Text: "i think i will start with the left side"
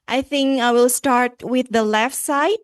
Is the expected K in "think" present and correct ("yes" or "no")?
yes